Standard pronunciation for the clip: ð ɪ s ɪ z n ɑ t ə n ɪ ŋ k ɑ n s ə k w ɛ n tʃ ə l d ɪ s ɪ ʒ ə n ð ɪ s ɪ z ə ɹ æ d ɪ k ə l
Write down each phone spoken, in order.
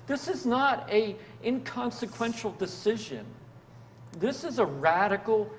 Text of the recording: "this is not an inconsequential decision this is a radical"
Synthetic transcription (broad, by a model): ð ɪ s ɪ z n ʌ t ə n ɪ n k ɑ n s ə k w ɛ n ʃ l d ɪ s ɪ ʒ ə n ð ɪ s ɪ z ə ɹ æ d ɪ k l